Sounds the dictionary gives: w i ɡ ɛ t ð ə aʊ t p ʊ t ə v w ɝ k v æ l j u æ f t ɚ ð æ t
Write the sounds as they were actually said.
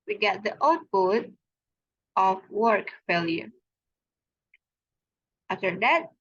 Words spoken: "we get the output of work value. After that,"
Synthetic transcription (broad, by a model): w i ɡ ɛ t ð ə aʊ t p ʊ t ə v w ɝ k f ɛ l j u æ f t ɚ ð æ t